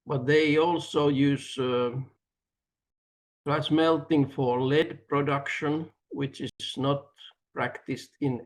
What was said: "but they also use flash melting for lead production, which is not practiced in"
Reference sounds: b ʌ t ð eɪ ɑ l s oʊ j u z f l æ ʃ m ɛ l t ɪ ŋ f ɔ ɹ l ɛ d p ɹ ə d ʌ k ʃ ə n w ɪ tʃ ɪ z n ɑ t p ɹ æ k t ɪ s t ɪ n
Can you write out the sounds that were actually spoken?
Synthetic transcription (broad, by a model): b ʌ t ð eɪ ɑ l s oʊ j u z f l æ s m ɛ l t ɪ ŋ f ɔ ɹ l ɛ d p ɹ ə d ʌ k ʃ ə n w ɪ tʃ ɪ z n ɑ t p ɹ æ k t ɪ s t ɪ n